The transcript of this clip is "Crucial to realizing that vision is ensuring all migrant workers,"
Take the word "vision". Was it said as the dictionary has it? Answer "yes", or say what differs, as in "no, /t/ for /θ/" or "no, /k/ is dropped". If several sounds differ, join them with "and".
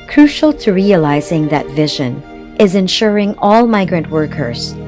yes